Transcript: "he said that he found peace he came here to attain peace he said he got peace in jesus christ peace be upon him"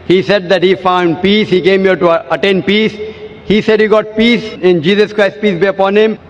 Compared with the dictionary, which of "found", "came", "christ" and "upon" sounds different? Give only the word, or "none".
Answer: none